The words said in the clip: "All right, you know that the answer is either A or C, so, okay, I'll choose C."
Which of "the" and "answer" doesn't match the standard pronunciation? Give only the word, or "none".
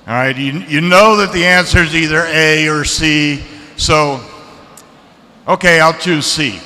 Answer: none